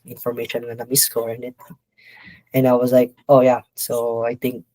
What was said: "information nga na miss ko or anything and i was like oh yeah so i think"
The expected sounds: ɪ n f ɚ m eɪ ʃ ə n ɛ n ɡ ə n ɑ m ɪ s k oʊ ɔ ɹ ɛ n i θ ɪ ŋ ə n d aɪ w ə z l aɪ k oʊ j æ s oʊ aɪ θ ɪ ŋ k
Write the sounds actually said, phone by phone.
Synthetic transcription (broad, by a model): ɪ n f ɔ m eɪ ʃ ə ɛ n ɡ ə n ɑ m ɪ s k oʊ ɔ ɹ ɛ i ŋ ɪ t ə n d aɪ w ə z l aɪ k oʊ j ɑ s oʊ aɪ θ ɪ ŋ k